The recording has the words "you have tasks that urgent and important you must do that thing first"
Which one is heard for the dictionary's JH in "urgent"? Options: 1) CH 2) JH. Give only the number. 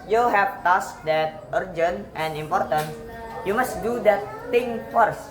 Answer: 2